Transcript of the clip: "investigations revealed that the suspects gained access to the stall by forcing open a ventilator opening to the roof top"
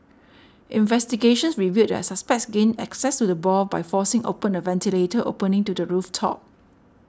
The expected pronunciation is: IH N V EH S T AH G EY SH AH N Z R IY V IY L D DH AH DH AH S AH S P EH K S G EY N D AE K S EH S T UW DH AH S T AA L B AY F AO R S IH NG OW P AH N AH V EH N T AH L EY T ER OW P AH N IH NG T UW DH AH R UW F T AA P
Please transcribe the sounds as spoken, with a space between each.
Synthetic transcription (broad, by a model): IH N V EH S T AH G EY SH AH N S R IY V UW D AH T S AH S P EH K S G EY N AE K S EH S T UW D AH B AA B AY F AO S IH NG OW P AH N AH V EH N T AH L EY T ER OW P AH N IH NG T UW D AH R UW F T AA P